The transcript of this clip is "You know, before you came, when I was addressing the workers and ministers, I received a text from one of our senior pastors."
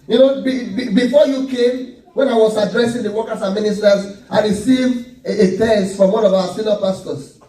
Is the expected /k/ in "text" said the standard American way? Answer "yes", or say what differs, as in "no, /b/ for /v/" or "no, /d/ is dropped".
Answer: no, /k/ is dropped